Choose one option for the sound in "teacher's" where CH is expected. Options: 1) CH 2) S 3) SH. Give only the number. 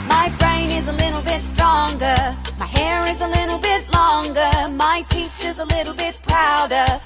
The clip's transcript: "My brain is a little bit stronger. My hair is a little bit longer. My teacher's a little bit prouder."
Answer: 1